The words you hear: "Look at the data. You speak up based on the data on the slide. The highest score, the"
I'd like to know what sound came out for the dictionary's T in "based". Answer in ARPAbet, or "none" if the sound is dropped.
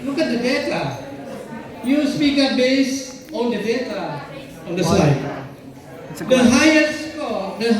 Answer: none